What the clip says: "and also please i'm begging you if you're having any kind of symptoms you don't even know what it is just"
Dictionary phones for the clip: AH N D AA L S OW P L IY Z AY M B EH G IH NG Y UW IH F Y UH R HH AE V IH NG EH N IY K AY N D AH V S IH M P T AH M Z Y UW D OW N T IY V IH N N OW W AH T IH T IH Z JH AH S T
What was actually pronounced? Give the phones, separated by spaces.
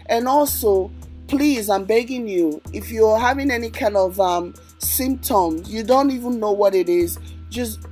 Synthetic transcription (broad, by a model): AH N AA L S OW P L IY Z AY M B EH G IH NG Y UW IH F Y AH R HH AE V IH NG EH N IY K AY N D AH V S IH M P T AH M Z Y UW D OW N T IY V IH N N OW W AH T IH T IH Z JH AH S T